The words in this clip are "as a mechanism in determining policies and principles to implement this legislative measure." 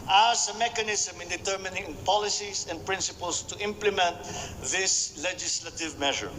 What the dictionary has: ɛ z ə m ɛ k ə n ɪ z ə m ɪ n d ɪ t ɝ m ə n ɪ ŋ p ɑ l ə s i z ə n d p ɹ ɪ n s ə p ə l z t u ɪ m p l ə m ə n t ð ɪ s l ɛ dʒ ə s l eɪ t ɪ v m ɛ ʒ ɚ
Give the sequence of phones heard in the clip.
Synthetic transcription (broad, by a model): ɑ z ə m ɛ k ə n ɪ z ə m ɪ n d ɪ t ɝ m ə n ɪ ŋ p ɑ l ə s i s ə n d p ɹ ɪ n s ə p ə l s t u ɪ m p l ə m ə n t ð ɪ s l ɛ dʒ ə s l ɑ t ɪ v m ɛ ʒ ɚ